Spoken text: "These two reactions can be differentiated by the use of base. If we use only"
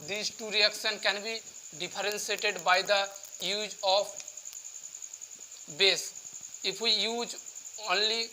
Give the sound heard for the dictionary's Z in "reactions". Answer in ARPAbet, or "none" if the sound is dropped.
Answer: none